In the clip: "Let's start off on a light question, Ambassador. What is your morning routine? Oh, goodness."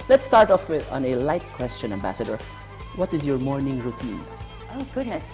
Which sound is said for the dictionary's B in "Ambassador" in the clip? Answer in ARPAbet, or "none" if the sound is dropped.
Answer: B